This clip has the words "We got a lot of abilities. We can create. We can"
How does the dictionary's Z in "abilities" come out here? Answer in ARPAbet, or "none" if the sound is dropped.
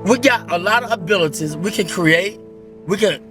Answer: Z